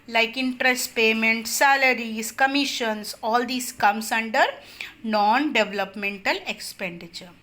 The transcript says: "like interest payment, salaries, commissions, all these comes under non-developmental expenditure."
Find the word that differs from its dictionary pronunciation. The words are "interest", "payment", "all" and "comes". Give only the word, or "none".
comes